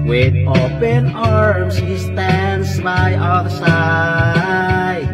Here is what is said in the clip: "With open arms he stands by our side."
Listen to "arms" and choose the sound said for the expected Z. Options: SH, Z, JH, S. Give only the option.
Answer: S